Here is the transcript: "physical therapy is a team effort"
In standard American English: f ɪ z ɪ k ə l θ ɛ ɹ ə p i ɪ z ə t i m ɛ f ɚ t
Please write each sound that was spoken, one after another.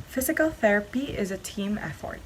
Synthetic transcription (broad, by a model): f ɪ z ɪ k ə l θ ɛ ɹ ə p i ɪ z ə t i m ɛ f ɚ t